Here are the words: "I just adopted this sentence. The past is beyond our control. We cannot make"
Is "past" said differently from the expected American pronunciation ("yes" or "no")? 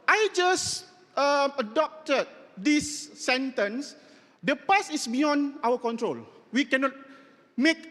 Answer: yes